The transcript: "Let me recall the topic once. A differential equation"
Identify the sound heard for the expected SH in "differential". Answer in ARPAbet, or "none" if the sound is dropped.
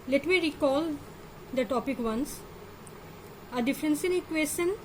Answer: S